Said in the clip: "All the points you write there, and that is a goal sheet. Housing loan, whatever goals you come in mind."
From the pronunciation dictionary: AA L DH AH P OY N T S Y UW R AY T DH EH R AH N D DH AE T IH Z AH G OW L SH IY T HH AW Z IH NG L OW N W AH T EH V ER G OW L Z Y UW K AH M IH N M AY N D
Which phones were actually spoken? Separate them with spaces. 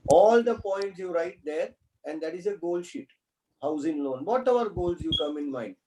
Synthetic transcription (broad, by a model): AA L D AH P OY N T S Y UW R AY T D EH R AH N D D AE T IH Z AH G OW L SH IY T HH AW Z IH NG L OW N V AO T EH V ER G OW L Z Y UW K AH M IH N M AY N D